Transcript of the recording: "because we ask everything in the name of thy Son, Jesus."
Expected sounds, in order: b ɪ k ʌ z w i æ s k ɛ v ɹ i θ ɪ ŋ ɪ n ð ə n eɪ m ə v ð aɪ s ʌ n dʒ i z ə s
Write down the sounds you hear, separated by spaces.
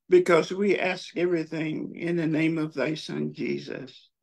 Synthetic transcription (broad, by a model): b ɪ k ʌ z w i æ s k ɛ v ɹ i θ ɪ ŋ ɪ n ð ə n eɪ m ə v ð aɪ s ʌ n dʒ i z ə s